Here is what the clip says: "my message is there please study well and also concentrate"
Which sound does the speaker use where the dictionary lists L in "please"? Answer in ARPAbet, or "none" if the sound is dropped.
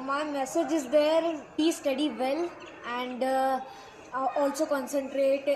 none